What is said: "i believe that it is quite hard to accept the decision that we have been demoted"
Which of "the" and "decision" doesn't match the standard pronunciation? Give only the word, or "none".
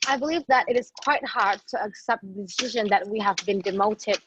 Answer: none